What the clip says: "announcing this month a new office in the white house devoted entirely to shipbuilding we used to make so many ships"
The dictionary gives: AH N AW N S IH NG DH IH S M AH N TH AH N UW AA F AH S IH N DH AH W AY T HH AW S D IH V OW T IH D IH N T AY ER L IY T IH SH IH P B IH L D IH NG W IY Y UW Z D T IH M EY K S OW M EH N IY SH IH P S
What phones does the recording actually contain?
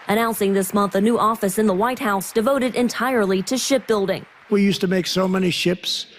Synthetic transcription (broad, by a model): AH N AW N S IH NG DH IH S M AH N TH AH N UW AA F AH S IH N DH AH W AY T HH AW S D IH V OW T IH D IH N T AY ER L IY T IH SH IH P B IH L D IH NG W IY Y UW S T IH M EY K S OW M EH N IY SH IH P S